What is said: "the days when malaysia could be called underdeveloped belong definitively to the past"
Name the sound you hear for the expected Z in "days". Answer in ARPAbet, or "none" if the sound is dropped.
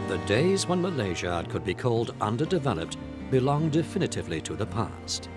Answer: Z